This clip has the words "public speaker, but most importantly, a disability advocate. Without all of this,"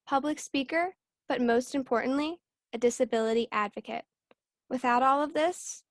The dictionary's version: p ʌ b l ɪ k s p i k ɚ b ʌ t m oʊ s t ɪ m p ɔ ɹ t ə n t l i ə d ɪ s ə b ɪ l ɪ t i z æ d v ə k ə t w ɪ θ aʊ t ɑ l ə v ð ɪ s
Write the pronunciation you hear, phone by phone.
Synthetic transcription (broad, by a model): p ʌ b l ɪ k s p i k ɚ b ʌ t m oʊ s t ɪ m p ɔ ɹ t n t l i ə d ɪ s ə b ɪ l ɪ t i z æ d v ə k ə t w ɪ θ aʊ t ɑ l ə v ð ɪ s